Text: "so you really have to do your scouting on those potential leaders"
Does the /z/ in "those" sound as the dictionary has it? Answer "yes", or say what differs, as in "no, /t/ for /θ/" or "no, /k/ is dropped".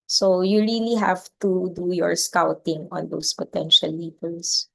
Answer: no, /s/ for /z/